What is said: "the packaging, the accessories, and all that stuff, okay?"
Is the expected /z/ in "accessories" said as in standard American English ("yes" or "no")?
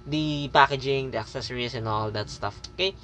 no